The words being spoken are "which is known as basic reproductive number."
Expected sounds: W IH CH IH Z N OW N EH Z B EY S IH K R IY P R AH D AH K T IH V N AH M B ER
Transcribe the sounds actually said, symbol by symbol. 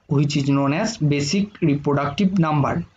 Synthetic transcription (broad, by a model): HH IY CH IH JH N OW N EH S B EY S IH K R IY P R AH D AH K T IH B N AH M B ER